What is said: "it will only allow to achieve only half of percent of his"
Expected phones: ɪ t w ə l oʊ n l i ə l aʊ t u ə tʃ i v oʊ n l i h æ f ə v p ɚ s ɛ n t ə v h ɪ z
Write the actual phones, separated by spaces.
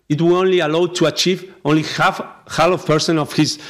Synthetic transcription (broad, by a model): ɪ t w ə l oʊ n l i ə l aʊ t u ə tʃ i v oʊ n l i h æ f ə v p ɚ s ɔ n ə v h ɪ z